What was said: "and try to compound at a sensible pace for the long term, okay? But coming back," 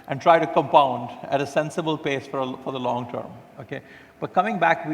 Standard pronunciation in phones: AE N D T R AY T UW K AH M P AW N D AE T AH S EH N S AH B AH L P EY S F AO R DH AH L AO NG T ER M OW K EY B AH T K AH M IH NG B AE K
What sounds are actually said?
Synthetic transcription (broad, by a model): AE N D T R AY T UW K AH M P AW N D AE T AH S EH N S AH B AH L P EY S F AO R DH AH L AO NG T ER M OW K EY B AH T K AH M IH NG B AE K